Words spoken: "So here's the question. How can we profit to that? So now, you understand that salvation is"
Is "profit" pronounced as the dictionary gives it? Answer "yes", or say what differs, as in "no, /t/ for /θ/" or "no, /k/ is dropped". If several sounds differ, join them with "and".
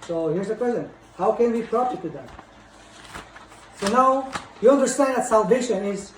no, /p/ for /f/